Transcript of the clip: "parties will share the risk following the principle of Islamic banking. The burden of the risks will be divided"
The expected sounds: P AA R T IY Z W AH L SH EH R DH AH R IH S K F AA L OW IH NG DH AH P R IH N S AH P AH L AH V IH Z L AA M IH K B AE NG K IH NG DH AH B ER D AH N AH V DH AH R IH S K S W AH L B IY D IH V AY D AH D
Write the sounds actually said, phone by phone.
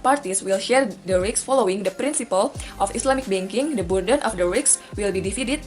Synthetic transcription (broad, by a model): P AA R T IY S W AH L SH EH R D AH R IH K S F AA L OW IH NG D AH P R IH N S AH P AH L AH F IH S L AA M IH K B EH NG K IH NG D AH B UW D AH N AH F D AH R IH K S W AH L B IY D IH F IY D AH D